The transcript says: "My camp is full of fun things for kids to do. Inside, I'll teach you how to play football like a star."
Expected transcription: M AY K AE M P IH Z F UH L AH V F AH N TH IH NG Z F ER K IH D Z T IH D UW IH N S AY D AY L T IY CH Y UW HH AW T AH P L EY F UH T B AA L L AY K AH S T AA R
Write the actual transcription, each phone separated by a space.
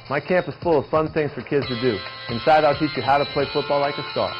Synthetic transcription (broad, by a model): M AY K AE M P IH Z F UH L AH V F AH N TH IH NG Z F ER K IH D Z T IH D UW IH N S AY D AY L T IY CH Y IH HH AW T AH P L EY F UH T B AA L L AY K AH S T AA R